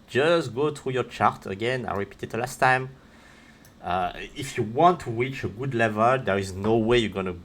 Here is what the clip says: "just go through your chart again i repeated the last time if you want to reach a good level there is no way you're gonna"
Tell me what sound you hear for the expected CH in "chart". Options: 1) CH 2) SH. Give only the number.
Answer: 1